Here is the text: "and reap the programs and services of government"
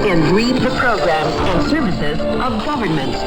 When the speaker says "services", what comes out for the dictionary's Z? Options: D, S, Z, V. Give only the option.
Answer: Z